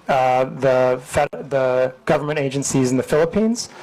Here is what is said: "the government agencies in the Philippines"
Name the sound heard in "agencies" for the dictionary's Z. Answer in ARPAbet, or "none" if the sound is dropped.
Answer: Z